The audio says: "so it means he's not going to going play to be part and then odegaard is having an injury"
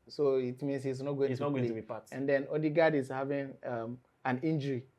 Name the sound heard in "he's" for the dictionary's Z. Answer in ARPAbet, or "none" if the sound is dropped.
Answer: S